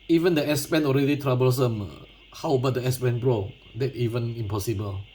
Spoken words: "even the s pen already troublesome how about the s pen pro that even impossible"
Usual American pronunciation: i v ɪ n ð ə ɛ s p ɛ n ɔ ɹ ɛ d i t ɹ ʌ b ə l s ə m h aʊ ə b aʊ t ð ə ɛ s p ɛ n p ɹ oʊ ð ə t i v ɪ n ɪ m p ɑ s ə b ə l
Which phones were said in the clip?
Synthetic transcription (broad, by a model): i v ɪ n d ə ɛ s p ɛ n ɔ ɹ ɛ d i t ɹ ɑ b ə l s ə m h aʊ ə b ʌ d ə ɛ s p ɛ n b ɹ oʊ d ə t i v ɪ n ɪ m p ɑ s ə b ə l